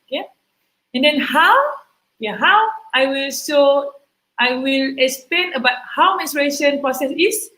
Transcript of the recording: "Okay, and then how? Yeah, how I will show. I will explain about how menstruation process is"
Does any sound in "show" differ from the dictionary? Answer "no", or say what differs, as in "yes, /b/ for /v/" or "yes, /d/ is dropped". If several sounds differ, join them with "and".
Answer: yes, /s/ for /ʃ/